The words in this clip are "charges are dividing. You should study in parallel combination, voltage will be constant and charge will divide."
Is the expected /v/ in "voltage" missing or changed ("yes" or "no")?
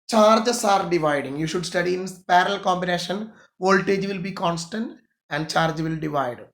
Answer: no